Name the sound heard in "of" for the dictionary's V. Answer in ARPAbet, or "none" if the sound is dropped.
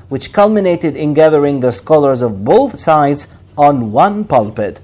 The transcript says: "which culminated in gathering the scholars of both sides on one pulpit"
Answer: V